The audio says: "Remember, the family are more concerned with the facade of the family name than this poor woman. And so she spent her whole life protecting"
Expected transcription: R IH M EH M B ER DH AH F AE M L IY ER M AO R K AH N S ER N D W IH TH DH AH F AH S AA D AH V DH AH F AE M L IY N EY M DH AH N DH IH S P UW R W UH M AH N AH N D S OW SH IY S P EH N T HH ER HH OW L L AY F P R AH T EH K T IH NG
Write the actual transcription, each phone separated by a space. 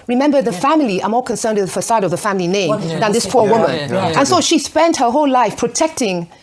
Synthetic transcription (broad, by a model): R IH M EH M B ER DH AH F AE M L IY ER M AO R K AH N S ER N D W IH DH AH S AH IH D AH V DH AH F AE M L IY N EY M DH AH N DH IH S P UW R W UH M AH N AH N S OW SH IY S P EH N T HH ER HH OW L L AY F P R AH T EH K T IH NG